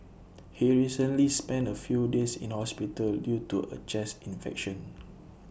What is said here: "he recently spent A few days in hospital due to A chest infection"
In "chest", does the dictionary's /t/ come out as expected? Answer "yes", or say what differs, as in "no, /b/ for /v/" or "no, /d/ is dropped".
no, /t/ is dropped